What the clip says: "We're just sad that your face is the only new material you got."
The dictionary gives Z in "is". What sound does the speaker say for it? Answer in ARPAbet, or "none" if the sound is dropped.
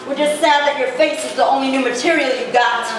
Z